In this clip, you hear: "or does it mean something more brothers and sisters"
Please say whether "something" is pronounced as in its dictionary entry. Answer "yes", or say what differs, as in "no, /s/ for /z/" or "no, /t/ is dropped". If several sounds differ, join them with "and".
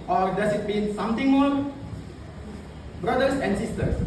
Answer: no, /t/ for /θ/